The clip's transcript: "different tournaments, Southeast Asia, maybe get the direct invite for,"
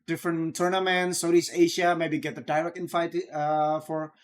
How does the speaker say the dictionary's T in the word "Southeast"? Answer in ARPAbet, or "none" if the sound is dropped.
none